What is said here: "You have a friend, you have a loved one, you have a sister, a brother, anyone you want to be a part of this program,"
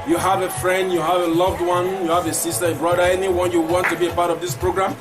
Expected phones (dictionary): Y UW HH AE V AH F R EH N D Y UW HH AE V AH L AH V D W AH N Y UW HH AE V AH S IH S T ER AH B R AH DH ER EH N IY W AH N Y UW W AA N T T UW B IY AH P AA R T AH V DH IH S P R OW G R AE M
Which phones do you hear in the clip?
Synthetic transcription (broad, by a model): Y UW HH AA V AH F R EH N D Y UW HH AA V AH L AH V D W AH N Y UW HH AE V AH S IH S T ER AH B R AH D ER EH N IY W AH N Y UW W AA N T T UW B IY AH P AA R T AH V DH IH S P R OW G R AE M